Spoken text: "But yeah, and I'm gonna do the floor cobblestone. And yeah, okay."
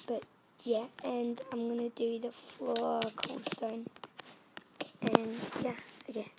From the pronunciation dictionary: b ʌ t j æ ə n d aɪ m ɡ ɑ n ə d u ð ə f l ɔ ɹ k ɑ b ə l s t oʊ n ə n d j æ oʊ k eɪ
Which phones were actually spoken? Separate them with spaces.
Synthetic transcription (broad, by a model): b ʌ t j æ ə n aɪ m ɡ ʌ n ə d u ð ə f ɔ k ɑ ə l s t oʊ n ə n j æ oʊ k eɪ